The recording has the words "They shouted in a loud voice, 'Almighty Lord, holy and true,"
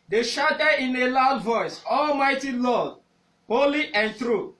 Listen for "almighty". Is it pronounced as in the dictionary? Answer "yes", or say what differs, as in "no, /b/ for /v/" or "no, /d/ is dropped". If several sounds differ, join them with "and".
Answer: yes